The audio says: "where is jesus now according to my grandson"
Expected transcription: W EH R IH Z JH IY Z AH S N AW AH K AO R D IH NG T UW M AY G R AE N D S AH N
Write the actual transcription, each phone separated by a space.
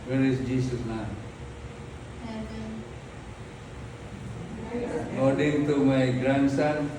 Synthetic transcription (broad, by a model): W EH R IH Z JH IY S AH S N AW AH K AO R D IH NG T UW M AY G R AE N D S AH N